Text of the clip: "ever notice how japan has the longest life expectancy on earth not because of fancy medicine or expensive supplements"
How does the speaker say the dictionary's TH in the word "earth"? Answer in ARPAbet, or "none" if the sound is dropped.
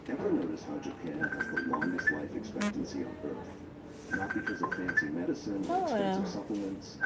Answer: TH